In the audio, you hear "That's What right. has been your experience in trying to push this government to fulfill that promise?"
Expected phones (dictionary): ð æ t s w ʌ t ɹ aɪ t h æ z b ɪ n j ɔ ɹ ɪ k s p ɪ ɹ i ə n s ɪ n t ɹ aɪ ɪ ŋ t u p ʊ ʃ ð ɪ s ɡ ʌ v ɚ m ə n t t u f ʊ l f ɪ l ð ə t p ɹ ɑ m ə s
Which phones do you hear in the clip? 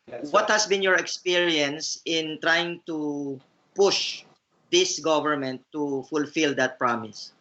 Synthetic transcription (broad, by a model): w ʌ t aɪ t h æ s b ɪ n j ɔ ɹ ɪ k s p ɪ ɹ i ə n s ɪ n t ɹ aɪ ɪ ŋ t u p ʊ ʃ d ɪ s ɡ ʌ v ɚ m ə n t t u f ʊ l f ɪ l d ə t p ɹ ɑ m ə s